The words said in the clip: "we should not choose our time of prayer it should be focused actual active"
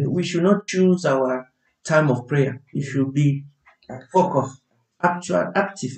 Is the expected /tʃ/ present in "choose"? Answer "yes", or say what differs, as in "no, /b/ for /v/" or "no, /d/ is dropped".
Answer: yes